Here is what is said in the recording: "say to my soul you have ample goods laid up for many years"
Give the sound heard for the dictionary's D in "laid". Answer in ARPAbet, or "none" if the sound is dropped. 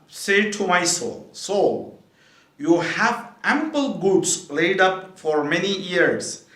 D